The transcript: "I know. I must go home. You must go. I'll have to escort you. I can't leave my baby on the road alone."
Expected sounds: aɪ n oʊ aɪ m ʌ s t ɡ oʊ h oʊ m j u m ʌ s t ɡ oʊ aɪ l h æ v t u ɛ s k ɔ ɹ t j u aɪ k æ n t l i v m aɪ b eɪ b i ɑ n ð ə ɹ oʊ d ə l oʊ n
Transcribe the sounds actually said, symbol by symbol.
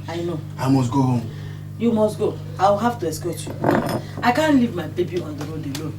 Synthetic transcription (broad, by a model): aɪ n oʊ aɪ m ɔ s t ɡ oʊ h oʊ m j u m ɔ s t ɡ oʊ aɪ w h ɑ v t u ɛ s k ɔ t j u aɪ k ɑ n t l i v m aɪ b eɪ b i ɑ n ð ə ɹ oʊ d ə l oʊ